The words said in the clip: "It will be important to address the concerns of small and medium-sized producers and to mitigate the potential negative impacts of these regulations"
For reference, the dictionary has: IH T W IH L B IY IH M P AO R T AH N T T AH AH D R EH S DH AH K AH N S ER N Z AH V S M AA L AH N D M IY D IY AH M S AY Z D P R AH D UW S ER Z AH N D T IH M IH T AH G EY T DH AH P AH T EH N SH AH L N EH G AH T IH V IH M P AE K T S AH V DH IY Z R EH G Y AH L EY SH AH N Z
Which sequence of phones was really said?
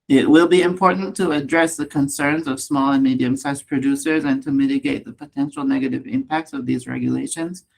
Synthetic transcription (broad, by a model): IH T W IH L B IY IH M P AO R T N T T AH AH D R EH S DH AH K AH N S ER N Z AH V S M AA L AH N M IY D IY AH M S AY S P R AH D UW S ER Z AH N T IH M IH T AH G EY T DH AH P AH T EH N SH L N EH G AH T IH V IH M P AE K T S AH V DH IY Z R EH G Y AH L EY SH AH N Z